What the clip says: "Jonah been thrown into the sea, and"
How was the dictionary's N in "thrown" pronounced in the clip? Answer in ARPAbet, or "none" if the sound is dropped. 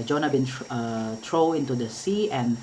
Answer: none